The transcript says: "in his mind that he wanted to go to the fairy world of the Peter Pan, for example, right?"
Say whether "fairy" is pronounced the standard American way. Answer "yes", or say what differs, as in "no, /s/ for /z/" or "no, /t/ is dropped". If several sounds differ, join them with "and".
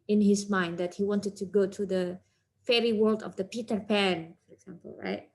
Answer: yes